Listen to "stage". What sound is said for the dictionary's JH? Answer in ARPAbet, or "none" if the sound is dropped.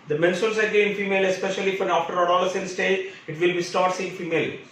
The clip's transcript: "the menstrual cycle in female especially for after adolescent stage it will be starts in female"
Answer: none